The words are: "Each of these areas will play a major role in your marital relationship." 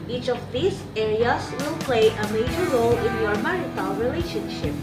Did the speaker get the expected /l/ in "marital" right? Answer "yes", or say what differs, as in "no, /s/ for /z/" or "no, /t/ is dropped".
no, /n/ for /l/